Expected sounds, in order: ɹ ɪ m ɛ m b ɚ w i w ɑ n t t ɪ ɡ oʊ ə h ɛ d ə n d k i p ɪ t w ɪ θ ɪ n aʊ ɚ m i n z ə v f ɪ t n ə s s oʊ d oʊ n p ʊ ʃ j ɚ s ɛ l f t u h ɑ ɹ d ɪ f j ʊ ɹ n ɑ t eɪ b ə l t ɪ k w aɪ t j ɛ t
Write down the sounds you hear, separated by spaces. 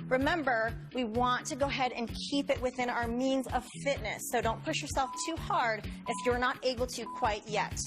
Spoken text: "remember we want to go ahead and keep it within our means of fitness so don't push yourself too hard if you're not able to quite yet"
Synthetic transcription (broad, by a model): ɹ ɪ m ɛ m b ɚ w i w ɑ n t t ɪ ɡ oʊ ə h ɛ d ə n k i p ɪ t w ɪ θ ɪ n aʊ ɚ m i n z ə v f ɪ t n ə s s oʊ d oʊ n p ʊ ʃ j ɚ s ɛ l f t u h ɑ ɹ d ɪ f j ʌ ɹ n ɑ t eɪ b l t ɪ k w aɪ t j ɛ t